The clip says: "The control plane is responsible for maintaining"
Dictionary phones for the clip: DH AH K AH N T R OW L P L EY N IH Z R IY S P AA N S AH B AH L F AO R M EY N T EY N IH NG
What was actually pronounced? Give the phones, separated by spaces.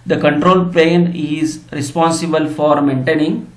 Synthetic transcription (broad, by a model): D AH K AH N T R OW L P EY N IH Z R IY S P AA N S AH B AH L F AO R M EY N T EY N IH NG